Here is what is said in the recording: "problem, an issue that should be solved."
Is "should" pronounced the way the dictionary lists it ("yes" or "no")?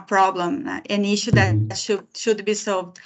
yes